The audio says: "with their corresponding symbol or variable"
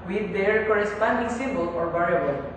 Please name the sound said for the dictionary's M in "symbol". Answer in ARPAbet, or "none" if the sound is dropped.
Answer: none